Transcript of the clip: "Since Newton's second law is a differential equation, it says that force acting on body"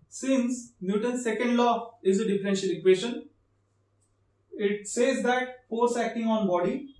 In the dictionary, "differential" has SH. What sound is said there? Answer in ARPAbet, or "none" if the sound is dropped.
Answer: SH